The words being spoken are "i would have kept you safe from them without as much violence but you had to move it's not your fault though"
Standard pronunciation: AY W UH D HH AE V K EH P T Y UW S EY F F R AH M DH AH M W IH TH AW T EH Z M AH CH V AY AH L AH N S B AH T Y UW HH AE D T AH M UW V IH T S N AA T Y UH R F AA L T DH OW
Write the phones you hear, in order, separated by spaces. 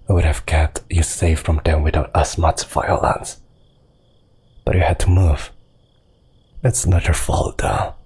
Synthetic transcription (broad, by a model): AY W UH D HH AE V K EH T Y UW S EY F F R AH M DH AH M W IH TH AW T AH S M AH CH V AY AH L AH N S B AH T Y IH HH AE D T AH M UW V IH T S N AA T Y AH R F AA L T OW